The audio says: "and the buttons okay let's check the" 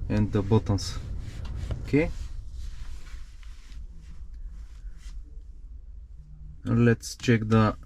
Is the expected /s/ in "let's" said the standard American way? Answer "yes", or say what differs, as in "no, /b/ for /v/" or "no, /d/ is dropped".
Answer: yes